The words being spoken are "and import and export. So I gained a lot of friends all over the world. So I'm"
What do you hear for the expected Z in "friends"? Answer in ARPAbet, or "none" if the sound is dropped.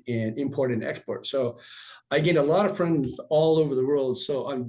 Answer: Z